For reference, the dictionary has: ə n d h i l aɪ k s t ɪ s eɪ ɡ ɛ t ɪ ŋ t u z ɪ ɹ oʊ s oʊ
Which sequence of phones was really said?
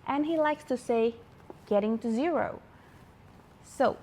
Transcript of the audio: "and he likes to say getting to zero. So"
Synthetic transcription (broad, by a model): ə n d h i l aɪ k s t ɪ s eɪ ɡ ɛ t ɪ ŋ t u z ɪ ɹ oʊ s oʊ